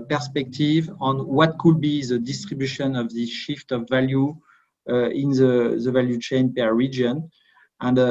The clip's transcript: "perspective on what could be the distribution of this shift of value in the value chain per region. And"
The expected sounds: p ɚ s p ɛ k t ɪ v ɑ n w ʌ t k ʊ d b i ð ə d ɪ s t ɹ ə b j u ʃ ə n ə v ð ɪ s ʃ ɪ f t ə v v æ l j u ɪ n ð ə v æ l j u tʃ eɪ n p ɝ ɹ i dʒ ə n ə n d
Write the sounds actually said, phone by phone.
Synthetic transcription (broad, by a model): p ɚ s p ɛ k t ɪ v ɑ n w ʌ t k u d b i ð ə d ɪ s t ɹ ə b j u ʃ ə n ə v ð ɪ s ʃ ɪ f t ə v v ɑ l j u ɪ n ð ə v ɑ l j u tʃ eɪ n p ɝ ɹ i dʒ ə n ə n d